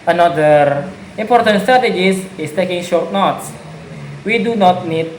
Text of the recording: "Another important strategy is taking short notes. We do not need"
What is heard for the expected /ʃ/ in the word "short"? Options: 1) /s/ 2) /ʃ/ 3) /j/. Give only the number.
2